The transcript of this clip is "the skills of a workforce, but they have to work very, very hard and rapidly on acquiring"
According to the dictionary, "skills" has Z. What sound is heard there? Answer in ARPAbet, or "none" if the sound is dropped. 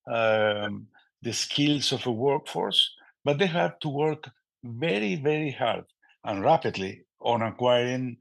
S